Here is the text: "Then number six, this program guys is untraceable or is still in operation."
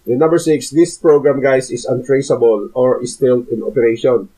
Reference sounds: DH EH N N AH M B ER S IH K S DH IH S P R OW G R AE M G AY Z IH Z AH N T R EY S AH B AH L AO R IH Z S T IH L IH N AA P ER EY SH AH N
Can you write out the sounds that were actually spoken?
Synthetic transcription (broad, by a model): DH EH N N AH M B ER S IH K S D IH S P R OW G R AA M G AY S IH S AH N T R EY S AH B AH L AO R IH S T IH L IH N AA P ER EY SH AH N